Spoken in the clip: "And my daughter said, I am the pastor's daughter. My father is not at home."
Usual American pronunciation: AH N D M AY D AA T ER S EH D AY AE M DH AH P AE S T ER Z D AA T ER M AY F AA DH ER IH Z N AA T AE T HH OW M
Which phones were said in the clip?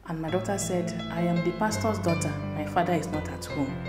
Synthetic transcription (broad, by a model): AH N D M AY D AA T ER S EH D AY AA M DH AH P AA S T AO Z D AA T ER M AY F AA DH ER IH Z N AA T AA T HH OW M